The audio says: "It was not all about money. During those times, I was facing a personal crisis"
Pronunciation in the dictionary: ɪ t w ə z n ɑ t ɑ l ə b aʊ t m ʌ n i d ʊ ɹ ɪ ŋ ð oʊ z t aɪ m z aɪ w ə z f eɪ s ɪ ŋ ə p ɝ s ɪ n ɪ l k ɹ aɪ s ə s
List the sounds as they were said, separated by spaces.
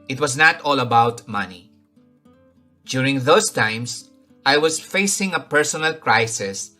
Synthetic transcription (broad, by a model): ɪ t w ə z n ɑ t ɑ l ə b aʊ t m ʌ n i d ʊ ɹ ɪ ŋ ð oʊ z t aɪ m s aɪ w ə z f eɪ s ɪ ŋ ə p ɝ s ɪ n ɪ l k ɹ aɪ s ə s